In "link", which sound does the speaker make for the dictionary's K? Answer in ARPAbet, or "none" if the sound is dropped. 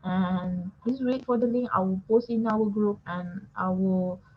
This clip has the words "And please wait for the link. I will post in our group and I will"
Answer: none